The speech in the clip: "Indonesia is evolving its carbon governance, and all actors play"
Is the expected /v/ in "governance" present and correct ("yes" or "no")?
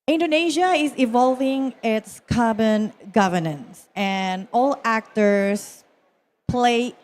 yes